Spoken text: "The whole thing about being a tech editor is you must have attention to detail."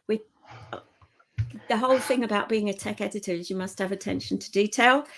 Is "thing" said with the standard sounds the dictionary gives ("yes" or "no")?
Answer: yes